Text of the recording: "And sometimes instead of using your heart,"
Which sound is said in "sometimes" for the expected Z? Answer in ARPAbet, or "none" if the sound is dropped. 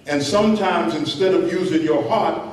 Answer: Z